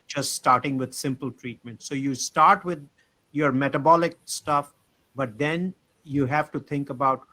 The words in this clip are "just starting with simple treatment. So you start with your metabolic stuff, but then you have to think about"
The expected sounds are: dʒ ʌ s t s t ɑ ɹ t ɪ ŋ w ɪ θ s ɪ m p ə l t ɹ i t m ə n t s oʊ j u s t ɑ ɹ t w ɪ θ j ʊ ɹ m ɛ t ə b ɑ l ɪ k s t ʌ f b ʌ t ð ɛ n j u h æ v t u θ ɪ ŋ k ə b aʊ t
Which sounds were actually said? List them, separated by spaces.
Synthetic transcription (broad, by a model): dʒ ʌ s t s t ɑ ɹ t ɪ ŋ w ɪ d s ɪ m p ə l t ɹ i t m ə n t s oʊ j u s t ɑ ɹ t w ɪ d j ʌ ɹ m ɛ t ə b ɑ l ɪ k s t ʌ f b ʌ t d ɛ n j u h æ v t u t ɪ ŋ k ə b aʊ t